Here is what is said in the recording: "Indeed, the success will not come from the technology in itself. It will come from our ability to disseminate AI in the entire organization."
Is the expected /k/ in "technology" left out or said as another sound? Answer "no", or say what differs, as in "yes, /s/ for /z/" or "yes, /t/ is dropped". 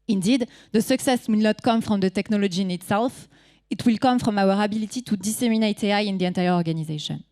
no